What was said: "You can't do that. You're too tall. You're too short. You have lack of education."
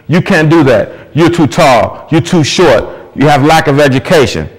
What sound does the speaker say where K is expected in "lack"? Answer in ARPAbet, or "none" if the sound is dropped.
K